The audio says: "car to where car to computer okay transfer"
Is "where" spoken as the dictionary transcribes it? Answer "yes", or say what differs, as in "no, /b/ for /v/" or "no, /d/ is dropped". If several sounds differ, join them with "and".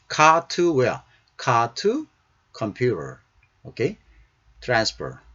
no, /l/ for /ɹ/